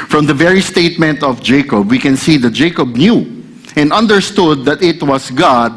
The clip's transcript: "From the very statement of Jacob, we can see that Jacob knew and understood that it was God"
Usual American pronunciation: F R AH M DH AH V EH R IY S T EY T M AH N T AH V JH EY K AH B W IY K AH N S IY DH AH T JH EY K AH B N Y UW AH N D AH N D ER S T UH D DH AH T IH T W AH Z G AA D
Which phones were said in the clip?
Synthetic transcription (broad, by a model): F R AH M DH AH V EH R IY S T EY T M AH N T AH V JH EY K AH B W IY K AH N S IY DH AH T JH EY K AH B N Y UW AH N D AH N D ER S T UH D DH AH T IH T W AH S G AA D